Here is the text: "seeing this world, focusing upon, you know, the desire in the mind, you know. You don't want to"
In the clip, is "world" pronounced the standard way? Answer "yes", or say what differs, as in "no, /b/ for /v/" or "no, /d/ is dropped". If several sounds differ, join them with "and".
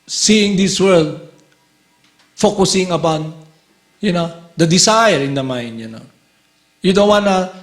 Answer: yes